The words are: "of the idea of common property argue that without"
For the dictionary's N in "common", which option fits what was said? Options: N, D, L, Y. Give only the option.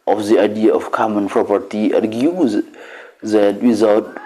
N